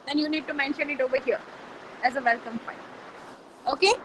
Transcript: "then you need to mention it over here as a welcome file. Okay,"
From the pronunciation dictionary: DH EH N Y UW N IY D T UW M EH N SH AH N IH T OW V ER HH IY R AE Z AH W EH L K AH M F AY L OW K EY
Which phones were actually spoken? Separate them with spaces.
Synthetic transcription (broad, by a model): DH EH N Y UW N IY D T UW M EH N SH AH N IH T OW V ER HH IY R AE Z AH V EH L K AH M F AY N OW K EY